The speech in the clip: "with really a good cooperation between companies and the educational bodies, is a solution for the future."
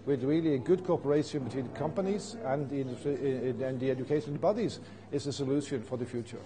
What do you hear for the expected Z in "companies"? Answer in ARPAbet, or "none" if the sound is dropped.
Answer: Z